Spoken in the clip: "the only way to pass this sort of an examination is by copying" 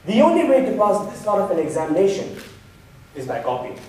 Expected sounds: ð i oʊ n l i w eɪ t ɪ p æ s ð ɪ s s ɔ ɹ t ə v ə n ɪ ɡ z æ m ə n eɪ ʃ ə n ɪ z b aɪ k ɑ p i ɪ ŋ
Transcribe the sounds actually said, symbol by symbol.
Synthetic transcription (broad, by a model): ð i oʊ n l i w eɪ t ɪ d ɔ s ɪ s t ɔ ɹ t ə p ə n ɪ ɡ z æ m ə n eɪ ʃ ə n ɪ z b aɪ k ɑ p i